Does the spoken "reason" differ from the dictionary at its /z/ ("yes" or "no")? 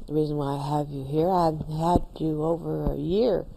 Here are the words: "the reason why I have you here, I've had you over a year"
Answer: no